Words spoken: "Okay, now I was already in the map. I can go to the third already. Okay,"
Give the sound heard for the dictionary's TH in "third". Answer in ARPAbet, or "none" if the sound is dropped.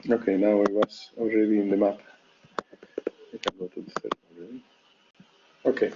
S